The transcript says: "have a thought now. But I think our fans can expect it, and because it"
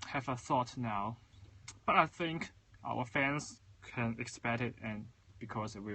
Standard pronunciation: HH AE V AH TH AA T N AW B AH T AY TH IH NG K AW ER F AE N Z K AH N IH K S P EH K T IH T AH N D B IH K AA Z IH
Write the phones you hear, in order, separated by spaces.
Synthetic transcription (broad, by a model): HH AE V AH TH AA T N AW B AH T AY TH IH NG K AW ER F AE N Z K AH N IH K S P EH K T IH T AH N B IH K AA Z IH